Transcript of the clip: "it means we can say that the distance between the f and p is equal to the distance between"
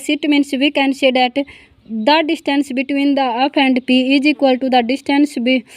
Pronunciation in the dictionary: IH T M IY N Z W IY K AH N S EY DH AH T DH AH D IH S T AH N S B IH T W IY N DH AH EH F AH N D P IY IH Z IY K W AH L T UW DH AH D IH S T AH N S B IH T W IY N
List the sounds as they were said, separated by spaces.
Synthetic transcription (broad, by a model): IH T M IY N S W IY K AH N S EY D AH T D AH D IH S T AH N S B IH T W IY N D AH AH P AH N D P IY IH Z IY K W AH L T UW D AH D IH S T AH N S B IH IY